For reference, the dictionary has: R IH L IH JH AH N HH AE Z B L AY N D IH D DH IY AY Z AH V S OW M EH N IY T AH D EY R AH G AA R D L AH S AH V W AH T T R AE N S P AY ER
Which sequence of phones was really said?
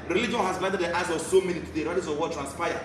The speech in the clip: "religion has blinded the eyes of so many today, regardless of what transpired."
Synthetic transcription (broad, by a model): R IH L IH JH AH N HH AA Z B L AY D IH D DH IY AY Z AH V S OW M EH N IY T AH D EY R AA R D AH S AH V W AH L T R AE N S P AY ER